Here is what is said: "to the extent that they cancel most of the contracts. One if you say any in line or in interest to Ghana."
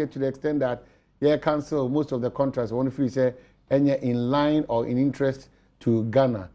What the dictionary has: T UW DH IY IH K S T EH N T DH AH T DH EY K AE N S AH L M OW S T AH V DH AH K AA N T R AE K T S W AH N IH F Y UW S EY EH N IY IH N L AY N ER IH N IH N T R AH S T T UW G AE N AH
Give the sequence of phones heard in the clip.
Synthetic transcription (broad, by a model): T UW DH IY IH K S T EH N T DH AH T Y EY K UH N S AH L M OW S T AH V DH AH K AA N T R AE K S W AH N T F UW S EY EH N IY IH N L AY N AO IH N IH N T R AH S T T UW G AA N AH